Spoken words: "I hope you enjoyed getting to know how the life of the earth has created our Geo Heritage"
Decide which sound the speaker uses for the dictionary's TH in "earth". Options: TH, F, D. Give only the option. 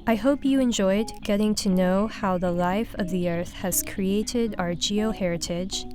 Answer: TH